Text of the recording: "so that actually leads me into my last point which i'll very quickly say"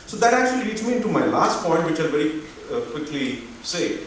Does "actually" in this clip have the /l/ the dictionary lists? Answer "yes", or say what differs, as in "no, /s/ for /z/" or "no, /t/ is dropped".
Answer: no, /l/ is dropped